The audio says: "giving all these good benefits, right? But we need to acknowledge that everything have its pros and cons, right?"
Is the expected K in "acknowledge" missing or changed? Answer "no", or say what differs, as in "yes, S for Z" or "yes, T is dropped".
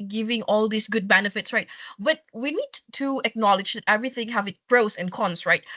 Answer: no